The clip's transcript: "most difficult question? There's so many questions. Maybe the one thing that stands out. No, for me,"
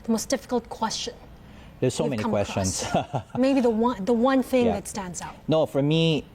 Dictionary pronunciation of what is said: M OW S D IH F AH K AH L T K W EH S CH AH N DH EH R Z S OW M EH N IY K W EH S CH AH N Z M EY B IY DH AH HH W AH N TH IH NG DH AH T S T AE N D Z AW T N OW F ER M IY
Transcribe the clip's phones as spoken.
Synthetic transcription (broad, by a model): M OW S D IH F AH K AH L T K W EH S CH AH N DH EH S OW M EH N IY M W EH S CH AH N S M EY B IY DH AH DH W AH N TH IH NG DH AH T S T AE N D Z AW N OW F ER M IY